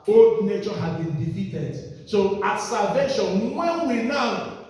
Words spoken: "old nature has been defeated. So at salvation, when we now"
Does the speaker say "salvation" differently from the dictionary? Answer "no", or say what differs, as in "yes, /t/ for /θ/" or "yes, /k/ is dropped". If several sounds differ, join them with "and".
no